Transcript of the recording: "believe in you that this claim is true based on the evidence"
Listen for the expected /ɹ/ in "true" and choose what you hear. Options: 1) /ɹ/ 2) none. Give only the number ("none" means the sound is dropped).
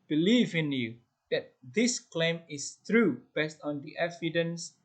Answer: 1